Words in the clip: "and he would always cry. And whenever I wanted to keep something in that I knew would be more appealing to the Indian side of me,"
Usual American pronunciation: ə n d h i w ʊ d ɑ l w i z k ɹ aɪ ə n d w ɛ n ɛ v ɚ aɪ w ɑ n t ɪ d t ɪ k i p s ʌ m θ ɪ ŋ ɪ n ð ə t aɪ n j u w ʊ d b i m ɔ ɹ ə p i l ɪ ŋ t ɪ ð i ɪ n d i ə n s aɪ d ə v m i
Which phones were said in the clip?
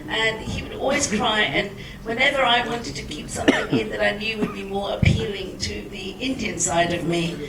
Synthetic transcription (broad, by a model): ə n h i w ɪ d ɑ l w i z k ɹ aɪ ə n w ɛ n ɛ v ɚ aɪ w ɑ n t ɪ d t ɪ k i p s ʌ m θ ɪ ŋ ɪ n ð ə t aɪ n j u w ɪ d b i m ɔ ɹ ə p i l ɪ ŋ t ɪ ð i ɪ n d i ə n s aɪ d ə v m i